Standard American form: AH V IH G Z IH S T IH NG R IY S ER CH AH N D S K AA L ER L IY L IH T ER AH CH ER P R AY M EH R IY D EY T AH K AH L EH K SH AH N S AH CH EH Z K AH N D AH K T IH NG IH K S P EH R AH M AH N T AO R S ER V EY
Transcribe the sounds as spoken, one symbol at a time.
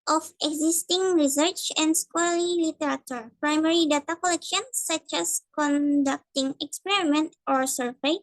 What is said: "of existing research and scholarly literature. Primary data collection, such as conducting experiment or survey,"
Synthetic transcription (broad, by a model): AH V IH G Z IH S T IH NG R IY S ER CH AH N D S K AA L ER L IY L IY T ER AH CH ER P R AY M EH R IY D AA T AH K AH L EH K SH AH N S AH CH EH S K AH N D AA K T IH NG IH K S P EH R AH M AH N T AO R S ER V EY